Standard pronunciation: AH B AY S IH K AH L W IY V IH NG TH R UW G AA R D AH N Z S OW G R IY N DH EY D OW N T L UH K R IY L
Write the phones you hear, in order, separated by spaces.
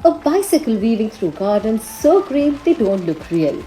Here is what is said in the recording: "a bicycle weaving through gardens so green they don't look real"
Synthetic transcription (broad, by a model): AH B AY S IH K AH L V IY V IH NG T R UW G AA R D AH N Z S OW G R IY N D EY D OW N T L UH K R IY L